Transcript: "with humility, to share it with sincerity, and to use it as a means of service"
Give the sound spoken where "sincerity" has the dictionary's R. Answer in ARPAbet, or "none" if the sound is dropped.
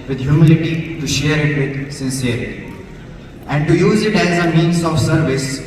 none